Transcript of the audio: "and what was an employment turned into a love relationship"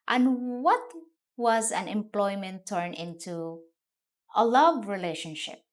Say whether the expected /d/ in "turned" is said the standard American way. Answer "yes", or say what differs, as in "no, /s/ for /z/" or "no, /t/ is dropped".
no, /d/ is dropped